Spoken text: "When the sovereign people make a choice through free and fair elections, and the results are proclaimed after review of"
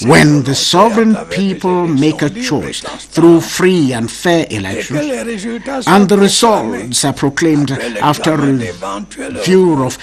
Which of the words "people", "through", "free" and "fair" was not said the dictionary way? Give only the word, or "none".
none